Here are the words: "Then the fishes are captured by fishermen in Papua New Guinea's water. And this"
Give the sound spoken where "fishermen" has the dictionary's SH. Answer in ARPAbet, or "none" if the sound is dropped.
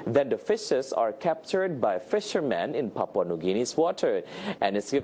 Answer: SH